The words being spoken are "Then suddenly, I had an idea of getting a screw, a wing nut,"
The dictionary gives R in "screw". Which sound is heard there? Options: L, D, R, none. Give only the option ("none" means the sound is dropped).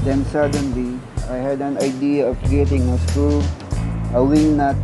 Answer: none